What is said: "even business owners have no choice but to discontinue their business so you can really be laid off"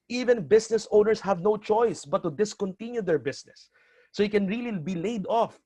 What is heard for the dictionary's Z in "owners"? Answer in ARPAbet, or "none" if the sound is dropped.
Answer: S